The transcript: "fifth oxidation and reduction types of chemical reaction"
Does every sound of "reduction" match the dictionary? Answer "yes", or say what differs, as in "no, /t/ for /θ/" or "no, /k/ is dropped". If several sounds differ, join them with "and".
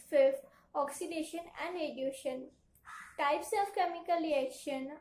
no, /k/ is dropped